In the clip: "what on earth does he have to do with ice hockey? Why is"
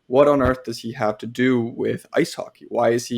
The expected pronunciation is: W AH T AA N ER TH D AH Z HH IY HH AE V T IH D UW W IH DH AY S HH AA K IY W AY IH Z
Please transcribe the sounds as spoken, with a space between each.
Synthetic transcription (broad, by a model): W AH T N ER TH D AH Z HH IY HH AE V T IH D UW W IH DH AY S HH AA K IY W AY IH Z